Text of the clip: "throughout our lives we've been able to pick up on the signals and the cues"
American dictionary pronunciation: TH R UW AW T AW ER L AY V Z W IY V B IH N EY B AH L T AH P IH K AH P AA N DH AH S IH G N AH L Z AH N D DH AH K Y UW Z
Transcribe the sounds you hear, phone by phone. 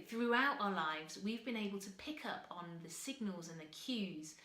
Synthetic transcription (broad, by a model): TH R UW AW T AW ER L AY V Z W IY V B IH N EY B AH L T AH P IH K AH P N DH AH S IH G N AH L Z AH N DH AH K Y UW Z